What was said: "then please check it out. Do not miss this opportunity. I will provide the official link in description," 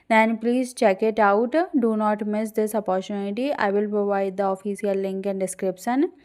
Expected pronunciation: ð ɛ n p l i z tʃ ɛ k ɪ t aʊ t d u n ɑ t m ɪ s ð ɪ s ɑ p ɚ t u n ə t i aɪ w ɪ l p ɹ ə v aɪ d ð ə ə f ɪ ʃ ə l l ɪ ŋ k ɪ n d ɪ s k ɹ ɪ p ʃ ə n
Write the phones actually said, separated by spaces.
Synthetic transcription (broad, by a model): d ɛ n p l i z tʃ ɛ k ɪ t aʊ t d u n ɑ t m ɪ s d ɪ s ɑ p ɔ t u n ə t i aɪ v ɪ l p ɹ ə v aɪ d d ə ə f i s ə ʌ l ɪ ŋ k ɪ n d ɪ s k ɹ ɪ p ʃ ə n